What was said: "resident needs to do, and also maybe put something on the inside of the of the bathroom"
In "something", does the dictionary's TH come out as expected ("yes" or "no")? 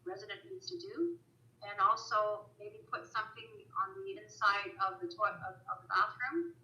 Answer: yes